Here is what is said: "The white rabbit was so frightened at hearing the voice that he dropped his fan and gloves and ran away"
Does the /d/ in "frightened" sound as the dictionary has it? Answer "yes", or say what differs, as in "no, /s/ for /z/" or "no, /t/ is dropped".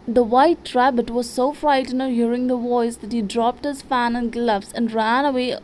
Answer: no, /d/ is dropped